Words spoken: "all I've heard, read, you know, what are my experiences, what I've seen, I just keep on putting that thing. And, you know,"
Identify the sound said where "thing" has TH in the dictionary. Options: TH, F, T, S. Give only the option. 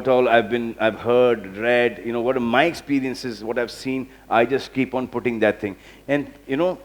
T